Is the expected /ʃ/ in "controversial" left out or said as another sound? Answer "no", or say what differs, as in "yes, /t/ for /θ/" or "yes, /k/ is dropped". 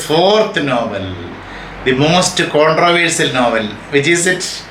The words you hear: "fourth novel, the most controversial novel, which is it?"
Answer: yes, /s/ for /ʃ/